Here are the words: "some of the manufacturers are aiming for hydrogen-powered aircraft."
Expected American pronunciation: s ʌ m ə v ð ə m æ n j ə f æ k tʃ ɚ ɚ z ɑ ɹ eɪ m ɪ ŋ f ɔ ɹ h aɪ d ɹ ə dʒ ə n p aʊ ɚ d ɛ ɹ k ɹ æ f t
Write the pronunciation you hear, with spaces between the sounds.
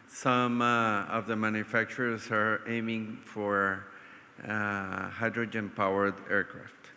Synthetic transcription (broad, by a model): s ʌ m ə v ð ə m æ n j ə f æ k tʃ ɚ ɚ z ɑ ɹ eɪ m ɪ ŋ f ɔ ɹ h aɪ d ɹ ə dʒ ə n p aʊ ɚ d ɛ ɹ k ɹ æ f t